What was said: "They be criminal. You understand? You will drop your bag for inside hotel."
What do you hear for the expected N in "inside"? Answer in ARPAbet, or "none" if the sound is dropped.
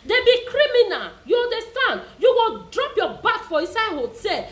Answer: none